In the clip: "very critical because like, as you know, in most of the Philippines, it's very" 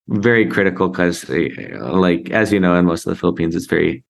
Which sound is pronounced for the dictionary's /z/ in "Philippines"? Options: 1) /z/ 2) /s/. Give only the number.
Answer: 1